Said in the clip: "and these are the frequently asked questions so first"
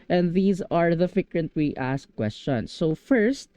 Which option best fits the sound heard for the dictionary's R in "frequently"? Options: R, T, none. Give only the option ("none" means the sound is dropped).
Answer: none